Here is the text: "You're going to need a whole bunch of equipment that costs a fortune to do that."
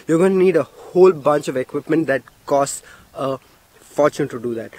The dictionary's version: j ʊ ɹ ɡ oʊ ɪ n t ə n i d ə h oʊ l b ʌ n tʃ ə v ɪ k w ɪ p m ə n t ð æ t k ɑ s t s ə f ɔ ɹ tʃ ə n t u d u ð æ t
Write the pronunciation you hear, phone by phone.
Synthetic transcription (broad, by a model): j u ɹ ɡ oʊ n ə n i d ə h oʊ l b ʌ n tʃ ə v ɪ k w ɪ p m ə n t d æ t k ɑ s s ə f ɔ ɹ tʃ ə n t u d u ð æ t